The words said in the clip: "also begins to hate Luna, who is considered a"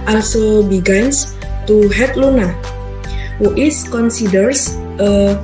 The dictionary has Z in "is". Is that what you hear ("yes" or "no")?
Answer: no